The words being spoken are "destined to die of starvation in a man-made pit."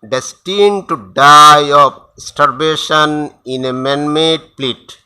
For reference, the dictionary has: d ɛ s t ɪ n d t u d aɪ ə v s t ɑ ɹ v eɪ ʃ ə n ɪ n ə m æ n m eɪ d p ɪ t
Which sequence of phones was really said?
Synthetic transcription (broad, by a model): d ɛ s t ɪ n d t u d aɪ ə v s t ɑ ɹ b eɪ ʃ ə n ɪ n ə m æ n m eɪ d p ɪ t